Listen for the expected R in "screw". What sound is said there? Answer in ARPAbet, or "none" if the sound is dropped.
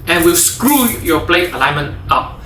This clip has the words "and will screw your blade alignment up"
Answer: R